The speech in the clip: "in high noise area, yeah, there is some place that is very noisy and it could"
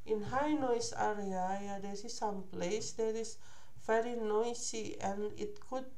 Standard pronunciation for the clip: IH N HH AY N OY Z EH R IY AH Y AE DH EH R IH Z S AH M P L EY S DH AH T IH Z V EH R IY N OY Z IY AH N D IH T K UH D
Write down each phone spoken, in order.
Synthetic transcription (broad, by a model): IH N HH AY N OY S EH R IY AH Y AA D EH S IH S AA M P L EY S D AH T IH S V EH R IY N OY S IY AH N IH T K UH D